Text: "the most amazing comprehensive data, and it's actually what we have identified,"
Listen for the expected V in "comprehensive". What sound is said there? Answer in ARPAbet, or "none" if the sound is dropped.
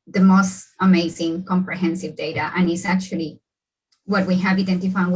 V